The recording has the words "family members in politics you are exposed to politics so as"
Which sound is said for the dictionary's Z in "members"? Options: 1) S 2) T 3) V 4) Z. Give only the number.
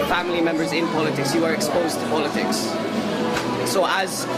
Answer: 4